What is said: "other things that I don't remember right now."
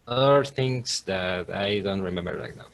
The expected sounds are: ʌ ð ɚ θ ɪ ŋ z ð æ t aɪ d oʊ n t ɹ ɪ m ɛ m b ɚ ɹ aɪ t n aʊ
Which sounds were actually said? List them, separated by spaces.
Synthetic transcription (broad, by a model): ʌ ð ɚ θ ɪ ŋ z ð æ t aɪ d oʊ n t ɹ ɪ m ɛ m b ɚ l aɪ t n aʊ